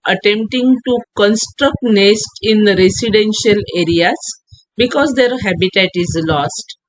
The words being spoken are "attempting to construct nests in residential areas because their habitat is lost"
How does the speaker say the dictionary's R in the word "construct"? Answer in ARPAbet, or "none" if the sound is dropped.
R